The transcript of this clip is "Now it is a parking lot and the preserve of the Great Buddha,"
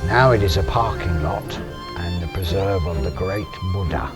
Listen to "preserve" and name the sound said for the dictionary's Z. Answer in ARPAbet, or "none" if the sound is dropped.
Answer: Z